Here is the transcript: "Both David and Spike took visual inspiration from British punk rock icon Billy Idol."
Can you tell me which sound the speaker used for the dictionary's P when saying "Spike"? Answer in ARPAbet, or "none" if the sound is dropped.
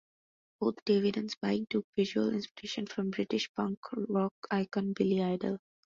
B